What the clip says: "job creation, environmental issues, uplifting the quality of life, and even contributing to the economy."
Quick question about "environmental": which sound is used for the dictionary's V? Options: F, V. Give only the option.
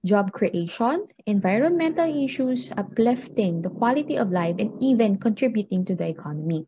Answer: V